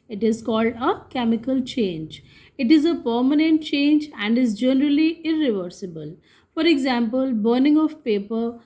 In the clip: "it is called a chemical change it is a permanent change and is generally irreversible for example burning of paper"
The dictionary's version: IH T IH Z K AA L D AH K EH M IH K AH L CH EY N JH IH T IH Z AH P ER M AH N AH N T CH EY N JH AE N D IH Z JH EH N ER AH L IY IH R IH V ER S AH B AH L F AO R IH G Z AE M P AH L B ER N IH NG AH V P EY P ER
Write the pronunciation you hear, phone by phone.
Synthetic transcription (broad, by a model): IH T IH Z K AA L D AH K EH M IH K AH L CH EY N JH IH T IH Z AH P ER M AH N AH N T CH EY N JH AE N D IH Z JH EH N ER AH L IY IH R IH V ER S AH B AH L F AO R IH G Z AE M P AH L B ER N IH NG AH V P EY P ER